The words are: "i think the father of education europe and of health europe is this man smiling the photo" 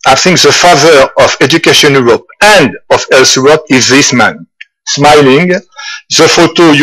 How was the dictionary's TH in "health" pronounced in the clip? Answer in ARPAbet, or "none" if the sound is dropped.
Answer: S